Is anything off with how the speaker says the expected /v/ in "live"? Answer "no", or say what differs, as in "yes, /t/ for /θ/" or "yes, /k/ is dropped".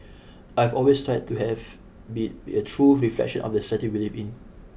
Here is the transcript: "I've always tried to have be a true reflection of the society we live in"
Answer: yes, /p/ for /v/